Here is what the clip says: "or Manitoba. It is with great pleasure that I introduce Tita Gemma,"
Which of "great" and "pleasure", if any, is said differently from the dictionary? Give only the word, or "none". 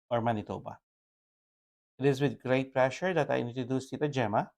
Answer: pleasure